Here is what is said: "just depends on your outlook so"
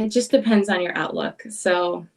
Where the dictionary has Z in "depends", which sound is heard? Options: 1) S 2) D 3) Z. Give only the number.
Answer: 3